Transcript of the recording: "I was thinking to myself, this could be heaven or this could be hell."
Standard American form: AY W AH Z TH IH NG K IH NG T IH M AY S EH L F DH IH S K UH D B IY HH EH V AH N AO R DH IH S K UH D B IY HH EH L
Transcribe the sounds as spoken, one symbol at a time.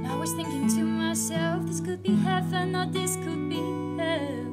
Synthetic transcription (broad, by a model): AY W AH Z TH IH NG K IH NG T IH M AY S EH L F DH IH S K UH D B IY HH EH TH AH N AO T DH IH S K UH D B IY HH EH